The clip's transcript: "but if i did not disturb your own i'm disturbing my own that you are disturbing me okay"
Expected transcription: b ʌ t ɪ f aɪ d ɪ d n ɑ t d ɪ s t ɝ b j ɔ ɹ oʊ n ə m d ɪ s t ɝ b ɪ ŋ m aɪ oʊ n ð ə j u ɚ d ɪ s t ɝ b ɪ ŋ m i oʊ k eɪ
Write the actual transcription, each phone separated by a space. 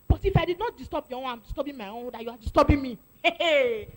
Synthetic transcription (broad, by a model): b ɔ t ɪ f aɪ d ɪ d n ɑ t d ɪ s t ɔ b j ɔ w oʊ ə m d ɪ s t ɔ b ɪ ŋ m aɪ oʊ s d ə j u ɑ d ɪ s t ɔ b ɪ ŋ m i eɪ